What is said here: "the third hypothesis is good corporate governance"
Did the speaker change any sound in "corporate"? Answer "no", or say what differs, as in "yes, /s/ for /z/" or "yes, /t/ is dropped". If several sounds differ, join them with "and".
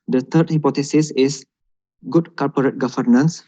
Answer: yes, /l/ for /ɹ/